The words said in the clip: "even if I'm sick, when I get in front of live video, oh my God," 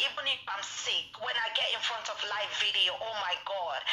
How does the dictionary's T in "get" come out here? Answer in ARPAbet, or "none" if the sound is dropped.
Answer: T